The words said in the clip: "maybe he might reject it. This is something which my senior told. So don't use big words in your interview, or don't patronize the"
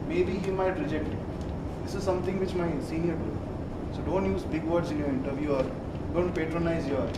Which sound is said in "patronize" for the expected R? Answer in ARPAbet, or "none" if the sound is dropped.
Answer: R